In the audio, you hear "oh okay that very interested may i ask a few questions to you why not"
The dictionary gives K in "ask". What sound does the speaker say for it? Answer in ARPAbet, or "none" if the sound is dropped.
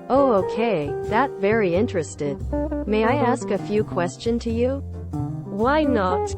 K